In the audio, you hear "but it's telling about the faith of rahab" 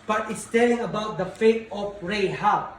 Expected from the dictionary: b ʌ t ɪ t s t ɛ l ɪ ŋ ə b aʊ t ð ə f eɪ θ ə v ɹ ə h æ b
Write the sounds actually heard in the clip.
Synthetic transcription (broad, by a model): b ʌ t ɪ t s t ɛ l ɪ ŋ ə b aʊ t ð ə f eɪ t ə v ɹ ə h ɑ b